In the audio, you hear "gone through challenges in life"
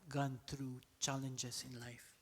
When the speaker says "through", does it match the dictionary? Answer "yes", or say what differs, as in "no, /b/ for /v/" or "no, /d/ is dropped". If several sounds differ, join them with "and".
no, /t/ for /θ/